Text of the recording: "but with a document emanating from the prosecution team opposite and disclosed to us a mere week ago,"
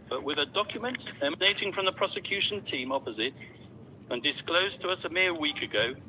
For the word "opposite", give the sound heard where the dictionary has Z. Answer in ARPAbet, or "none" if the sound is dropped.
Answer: Z